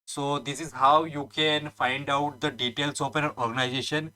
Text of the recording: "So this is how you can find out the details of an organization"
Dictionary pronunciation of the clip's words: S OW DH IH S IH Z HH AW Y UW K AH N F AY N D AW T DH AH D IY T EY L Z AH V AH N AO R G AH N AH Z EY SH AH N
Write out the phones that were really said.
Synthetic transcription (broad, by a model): S OW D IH S IH Z HH AW Y UW K AH N F AY N D AW T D AH D IY T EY L S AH P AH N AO R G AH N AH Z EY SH AH N